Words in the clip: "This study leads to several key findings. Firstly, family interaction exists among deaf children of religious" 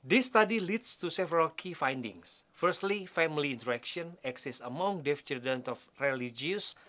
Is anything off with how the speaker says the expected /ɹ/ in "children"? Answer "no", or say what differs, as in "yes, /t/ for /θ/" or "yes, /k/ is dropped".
yes, /ɹ/ is dropped